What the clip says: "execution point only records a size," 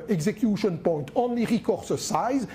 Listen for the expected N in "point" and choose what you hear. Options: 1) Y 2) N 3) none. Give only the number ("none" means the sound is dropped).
2